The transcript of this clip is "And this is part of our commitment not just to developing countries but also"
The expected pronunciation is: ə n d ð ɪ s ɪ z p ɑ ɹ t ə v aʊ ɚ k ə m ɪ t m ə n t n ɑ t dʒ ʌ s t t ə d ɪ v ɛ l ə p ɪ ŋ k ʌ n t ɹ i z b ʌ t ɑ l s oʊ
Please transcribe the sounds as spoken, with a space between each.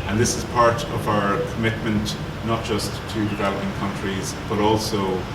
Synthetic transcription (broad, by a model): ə n ð ɪ s ɪ z p ɑ ɹ t ə v aʊ ɚ k ə m ɪ t m ə n t n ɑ t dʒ ʌ s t t ə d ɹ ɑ ə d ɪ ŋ k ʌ n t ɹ i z b ʌ t ɑ l s oʊ